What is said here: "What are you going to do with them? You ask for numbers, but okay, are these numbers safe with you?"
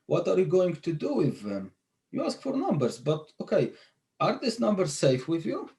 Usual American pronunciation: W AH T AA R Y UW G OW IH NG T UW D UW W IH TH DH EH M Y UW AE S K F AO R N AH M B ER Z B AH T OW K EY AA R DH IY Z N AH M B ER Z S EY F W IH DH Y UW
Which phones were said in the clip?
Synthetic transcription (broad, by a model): W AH T AA R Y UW G OW IH NG T UW D UW W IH DH EH M Y UW AE S K F AO R N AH M B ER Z B AH T OW K EY AA R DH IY S N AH M B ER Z S EY F W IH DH Y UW